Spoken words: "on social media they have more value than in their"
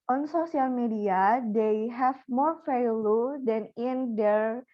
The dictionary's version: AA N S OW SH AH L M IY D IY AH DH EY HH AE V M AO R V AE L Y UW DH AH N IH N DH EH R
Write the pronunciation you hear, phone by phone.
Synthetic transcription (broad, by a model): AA N S OW S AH L M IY D IY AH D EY HH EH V M AO R F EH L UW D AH N IH N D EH R